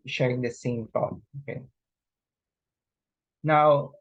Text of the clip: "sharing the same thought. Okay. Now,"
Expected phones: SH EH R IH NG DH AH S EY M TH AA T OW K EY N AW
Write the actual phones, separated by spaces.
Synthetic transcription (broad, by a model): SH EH R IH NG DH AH S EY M T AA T OW K EY N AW